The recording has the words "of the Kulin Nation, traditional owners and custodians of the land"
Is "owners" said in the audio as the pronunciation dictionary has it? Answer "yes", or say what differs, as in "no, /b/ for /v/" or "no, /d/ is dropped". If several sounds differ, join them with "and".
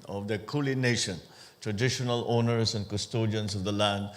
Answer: no, /s/ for /z/